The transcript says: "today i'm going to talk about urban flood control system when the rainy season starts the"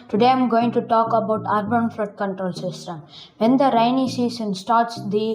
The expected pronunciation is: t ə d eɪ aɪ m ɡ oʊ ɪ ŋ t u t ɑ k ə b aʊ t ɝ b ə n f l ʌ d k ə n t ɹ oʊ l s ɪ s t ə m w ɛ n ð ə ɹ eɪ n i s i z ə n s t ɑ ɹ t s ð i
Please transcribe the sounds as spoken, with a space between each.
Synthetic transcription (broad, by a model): t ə d eɪ aɪ m ɡ oʊ ɪ ŋ t u t ɑ k ə b aʊ t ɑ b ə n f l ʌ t k ə n t ɹ oʊ l s ɪ s t ə m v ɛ n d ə ɹ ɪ n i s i s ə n s t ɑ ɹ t s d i